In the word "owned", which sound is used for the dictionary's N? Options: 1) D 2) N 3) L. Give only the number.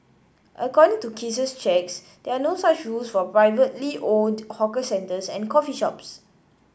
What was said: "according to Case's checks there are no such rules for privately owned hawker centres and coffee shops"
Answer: 3